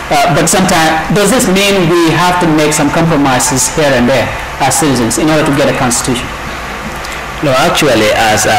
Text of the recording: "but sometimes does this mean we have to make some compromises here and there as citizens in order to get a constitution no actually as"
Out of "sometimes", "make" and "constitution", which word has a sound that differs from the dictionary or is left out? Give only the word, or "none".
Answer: sometimes